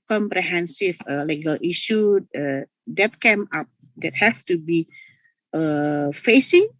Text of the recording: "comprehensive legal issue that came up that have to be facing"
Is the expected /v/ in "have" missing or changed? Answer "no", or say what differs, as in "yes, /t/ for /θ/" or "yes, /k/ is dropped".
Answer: yes, /f/ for /v/